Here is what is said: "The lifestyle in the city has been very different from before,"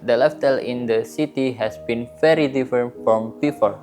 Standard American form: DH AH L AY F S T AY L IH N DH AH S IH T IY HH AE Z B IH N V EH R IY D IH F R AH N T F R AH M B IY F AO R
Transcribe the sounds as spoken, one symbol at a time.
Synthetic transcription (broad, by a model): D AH L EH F T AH L IH N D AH S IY T IY HH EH S B IH N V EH R IY D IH F R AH N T F R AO M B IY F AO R